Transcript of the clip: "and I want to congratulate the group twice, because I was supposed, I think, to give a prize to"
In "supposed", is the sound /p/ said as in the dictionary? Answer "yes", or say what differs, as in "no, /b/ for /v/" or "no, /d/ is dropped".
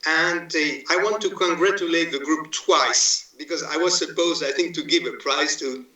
yes